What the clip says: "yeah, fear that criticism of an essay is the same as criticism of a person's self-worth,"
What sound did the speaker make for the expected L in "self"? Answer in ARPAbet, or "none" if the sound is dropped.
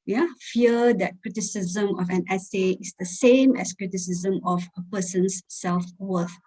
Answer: L